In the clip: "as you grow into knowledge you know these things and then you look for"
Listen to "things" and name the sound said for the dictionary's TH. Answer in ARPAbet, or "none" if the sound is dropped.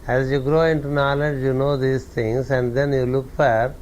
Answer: T